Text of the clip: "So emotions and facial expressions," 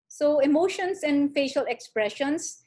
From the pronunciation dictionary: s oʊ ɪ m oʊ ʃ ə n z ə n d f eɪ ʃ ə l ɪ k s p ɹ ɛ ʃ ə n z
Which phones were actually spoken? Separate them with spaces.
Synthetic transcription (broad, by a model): s oʊ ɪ m oʊ ʃ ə n s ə n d f eɪ ʃ ə l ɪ k s p ɹ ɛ ʃ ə n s